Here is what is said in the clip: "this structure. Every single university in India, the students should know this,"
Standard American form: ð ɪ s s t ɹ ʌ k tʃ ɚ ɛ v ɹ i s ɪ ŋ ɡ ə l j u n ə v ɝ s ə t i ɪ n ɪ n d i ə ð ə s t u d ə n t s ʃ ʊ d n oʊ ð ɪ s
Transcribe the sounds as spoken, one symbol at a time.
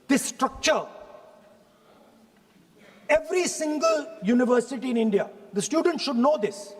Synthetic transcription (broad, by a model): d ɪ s s t ɹ ʌ k tʃ ɚ ɛ v ɹ i s ɪ ŋ ɡ ə l j u n ə v ɝ s ə t i ɪ n ɪ n d i ə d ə s t u d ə n t ʃ ʊ d n oʊ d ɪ s